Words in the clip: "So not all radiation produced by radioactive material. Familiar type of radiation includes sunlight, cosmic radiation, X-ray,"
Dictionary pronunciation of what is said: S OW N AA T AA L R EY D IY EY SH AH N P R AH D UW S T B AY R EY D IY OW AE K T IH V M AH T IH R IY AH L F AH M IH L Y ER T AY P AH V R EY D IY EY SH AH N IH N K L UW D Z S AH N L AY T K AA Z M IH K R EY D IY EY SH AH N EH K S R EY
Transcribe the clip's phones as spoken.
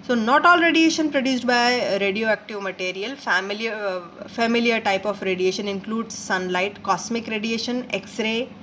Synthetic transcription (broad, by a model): S OW N AA T AA L R EY D IY EY SH AH N P R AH D UW S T B AY R EY D IY OW AE K T IH V M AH T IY R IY AH L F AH M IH L Y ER T AY P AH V R EY D IY EY SH AH N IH N K L UW D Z S AH N L AY T K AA S M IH K R EY D IY EY SH AH N EH K S R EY